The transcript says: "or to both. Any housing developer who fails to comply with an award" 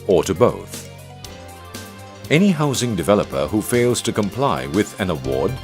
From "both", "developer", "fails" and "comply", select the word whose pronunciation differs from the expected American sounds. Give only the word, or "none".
none